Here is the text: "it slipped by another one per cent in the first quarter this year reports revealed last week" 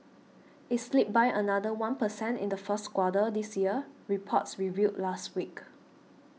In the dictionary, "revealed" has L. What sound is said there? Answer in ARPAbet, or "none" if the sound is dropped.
none